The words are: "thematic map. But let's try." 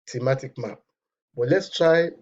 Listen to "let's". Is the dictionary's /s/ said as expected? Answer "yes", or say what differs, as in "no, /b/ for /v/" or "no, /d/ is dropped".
yes